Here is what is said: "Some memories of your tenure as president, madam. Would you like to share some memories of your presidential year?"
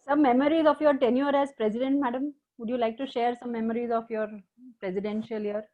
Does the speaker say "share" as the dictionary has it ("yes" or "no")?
yes